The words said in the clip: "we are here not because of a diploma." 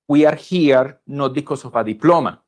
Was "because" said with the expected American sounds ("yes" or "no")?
no